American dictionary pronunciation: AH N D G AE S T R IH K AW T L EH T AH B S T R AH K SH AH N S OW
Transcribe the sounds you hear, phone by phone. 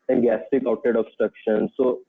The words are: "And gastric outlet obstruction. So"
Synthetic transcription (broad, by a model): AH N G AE S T IH K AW T EH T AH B S T R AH K SH AH N S OW